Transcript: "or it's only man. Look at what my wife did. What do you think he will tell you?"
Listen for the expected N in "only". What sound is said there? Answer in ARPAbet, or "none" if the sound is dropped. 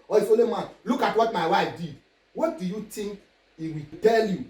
none